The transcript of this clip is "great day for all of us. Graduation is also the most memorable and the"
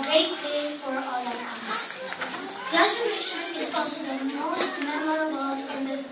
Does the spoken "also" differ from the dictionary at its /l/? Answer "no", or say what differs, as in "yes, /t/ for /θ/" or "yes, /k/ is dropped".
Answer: yes, /l/ is dropped